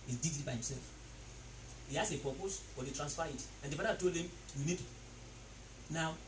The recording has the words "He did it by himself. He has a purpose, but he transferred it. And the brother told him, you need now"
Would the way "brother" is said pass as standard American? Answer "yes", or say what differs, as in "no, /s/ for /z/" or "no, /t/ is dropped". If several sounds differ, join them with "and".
no, /ɹ/ is dropped